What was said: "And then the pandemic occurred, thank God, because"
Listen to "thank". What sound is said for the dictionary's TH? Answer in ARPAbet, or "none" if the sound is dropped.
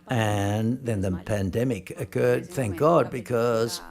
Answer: TH